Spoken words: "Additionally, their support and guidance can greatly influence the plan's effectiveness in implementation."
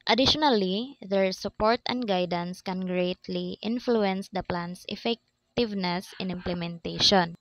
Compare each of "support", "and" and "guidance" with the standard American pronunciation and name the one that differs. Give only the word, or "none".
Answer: none